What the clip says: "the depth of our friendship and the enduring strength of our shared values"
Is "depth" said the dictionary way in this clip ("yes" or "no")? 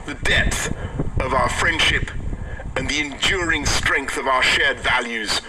yes